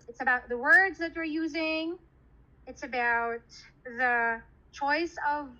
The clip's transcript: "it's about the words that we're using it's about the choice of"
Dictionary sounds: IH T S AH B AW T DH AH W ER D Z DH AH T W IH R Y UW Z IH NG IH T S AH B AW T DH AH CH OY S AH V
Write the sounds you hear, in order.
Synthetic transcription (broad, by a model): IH T S AH B AW T DH AH W ER D Z DH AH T W IH R Y UW Z IH NG IH T S AH B AW T DH AH CH OY S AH V